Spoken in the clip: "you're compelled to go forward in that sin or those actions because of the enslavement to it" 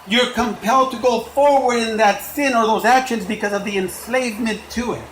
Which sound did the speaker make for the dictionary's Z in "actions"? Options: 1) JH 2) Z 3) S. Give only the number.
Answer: 2